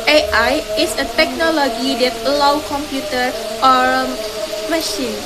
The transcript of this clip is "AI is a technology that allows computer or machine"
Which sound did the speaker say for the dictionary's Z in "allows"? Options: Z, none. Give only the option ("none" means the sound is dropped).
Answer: none